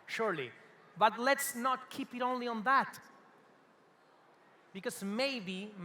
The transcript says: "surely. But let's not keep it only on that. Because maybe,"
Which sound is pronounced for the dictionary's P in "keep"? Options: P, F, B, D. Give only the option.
P